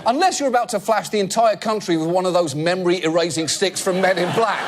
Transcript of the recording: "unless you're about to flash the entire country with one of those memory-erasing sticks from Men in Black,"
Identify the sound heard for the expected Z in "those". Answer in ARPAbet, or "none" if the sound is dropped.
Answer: Z